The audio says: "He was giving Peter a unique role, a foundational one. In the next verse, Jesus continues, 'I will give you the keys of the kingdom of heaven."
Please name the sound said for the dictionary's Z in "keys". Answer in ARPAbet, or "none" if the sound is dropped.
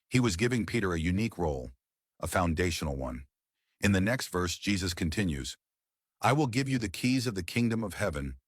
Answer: Z